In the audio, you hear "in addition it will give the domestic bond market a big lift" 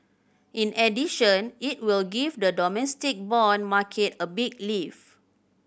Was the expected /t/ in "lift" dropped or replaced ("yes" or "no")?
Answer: yes